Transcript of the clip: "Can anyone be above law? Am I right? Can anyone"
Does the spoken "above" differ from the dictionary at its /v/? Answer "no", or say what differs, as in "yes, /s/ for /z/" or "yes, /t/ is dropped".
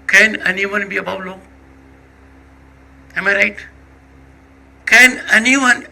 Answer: yes, /w/ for /v/